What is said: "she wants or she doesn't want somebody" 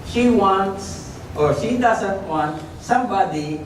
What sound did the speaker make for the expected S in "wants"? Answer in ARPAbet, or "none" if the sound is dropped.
S